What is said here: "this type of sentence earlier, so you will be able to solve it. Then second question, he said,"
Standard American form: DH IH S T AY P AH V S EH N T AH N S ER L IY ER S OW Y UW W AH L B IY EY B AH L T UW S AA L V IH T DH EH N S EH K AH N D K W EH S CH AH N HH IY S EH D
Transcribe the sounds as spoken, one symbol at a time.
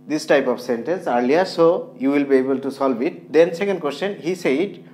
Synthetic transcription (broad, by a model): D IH S T AY P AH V S EH N T AH N S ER L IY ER S OW Y UW W AH L B IY EY B AH L T UW S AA L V IH T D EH N S EH K AH N D K W EH S CH AH N HH IY S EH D